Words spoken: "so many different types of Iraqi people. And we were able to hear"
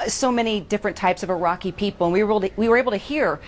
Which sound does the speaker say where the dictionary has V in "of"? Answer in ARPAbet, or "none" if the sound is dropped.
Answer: V